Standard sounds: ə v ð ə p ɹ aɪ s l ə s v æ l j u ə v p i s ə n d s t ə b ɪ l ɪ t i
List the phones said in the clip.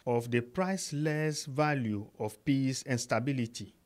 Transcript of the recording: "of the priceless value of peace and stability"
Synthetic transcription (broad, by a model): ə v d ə p ɹ aɪ s l ə s v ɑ l j u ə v p i s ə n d s t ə b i l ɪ t i